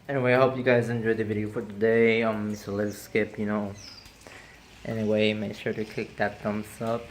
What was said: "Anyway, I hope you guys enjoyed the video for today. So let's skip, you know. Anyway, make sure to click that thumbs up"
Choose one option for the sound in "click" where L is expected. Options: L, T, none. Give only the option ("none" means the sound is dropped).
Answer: none